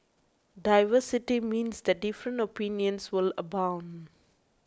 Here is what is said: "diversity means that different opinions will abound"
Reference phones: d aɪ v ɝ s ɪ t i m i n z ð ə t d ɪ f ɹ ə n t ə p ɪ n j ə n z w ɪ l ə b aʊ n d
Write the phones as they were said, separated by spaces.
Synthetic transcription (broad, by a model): d aɪ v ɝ s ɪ t i m i n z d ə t d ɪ f ɹ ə n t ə p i n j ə n s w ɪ l ə b aʊ n d